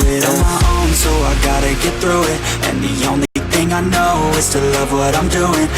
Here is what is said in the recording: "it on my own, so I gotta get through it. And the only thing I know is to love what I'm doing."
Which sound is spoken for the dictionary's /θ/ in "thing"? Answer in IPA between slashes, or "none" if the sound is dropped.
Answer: /θ/